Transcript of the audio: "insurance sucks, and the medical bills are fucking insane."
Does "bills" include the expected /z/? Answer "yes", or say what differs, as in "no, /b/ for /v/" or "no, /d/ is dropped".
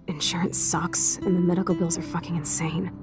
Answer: yes